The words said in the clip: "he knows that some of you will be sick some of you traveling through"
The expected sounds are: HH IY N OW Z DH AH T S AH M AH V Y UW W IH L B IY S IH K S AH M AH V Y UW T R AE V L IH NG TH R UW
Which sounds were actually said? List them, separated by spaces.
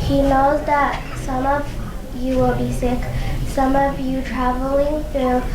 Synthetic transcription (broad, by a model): HH IY N OW Z DH AH T S AH M AH V Y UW W IH L B IY S IH K S AH M AH V Y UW T R AE V L IH NG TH R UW